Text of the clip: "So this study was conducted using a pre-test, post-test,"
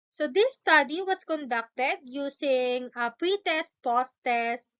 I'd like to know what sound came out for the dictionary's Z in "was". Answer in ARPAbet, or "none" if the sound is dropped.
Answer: S